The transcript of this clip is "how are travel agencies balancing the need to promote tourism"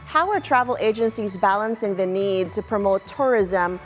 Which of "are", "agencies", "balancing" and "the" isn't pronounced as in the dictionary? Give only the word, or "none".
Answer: none